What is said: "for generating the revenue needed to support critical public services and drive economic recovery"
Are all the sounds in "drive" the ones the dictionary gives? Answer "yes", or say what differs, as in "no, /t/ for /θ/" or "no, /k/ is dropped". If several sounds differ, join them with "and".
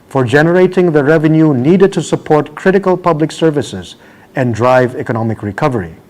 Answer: yes